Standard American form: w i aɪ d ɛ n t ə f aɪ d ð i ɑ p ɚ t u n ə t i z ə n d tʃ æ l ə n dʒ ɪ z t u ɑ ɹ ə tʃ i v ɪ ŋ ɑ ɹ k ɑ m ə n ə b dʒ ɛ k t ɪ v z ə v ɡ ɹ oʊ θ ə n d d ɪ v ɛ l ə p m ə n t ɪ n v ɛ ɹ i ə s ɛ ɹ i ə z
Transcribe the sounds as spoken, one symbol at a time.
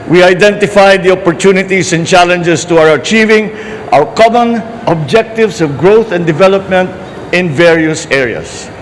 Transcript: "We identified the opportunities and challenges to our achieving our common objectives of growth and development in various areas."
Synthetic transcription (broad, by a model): w i aɪ d ɛ n t ə f aɪ d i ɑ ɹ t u n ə t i s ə n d tʃ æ l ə n dʒ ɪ s t u ɑ ɹ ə tʃ i v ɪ ŋ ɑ w k ɑ m ə n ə b dʒ ɛ k t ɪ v s ə v ɡ ɹ oʊ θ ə n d d ɪ v ɛ l ə p m ə n t ɪ n v ɛ ɹ i ə s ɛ ɹ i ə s